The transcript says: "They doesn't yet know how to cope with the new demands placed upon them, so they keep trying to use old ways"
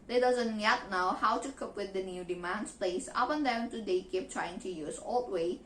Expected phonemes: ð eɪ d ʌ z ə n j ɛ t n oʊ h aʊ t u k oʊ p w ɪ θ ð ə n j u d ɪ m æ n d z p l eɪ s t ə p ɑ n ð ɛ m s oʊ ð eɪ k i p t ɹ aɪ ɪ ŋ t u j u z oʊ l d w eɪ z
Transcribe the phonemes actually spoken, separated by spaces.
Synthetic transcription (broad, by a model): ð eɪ d ʌ z ə n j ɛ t n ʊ h aʊ t u k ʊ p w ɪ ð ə n j u d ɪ m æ n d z p l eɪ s ə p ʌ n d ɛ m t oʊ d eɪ k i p t ɹ aɪ ɪ ŋ t u j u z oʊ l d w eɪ